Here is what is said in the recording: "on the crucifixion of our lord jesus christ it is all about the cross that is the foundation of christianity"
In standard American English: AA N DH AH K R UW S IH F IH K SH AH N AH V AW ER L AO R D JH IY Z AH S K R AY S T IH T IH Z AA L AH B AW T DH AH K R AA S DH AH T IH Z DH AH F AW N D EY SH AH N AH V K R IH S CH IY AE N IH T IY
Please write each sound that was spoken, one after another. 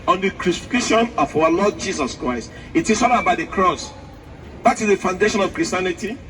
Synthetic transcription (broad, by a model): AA N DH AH K R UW S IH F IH K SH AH N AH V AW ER L AO D JH IY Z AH S K R AY S T IH T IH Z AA N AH B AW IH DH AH K R AA S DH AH T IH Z DH AH F AW N D EY SH AH N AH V K R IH S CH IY N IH T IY